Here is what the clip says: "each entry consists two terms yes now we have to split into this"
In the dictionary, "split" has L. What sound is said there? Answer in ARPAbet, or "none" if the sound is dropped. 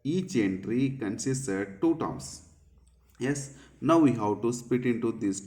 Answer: none